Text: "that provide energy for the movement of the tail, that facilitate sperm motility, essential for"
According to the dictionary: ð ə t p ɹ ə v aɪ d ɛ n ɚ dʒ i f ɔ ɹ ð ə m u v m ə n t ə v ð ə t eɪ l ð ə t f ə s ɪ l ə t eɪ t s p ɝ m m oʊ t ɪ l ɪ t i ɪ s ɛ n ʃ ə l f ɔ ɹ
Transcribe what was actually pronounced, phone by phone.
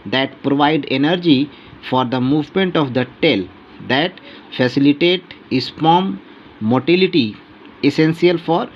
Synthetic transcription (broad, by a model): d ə t p ɹ ə v aɪ d ɛ n ɚ dʒ i f ɔ ɹ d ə m u v m ə n t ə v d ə t eɪ l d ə t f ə s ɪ l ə t eɪ t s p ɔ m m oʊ t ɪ l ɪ t i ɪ s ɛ n s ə l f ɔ ɹ